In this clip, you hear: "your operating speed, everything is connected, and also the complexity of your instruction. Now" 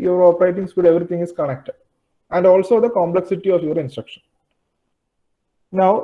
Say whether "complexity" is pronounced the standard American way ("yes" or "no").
yes